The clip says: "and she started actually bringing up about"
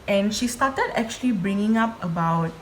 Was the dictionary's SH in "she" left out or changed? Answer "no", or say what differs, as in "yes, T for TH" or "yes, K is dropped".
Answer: no